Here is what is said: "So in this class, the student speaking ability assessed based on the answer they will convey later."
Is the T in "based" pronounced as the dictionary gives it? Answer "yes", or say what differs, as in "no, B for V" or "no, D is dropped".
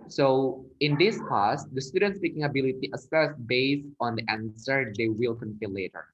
no, T is dropped